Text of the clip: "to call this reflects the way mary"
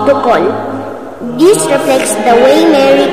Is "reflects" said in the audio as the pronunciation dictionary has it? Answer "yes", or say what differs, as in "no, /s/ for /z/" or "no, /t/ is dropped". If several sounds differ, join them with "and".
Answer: yes